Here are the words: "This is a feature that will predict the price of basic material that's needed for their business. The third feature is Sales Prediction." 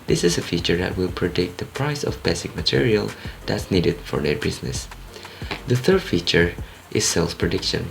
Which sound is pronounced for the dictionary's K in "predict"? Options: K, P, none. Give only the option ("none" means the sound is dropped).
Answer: K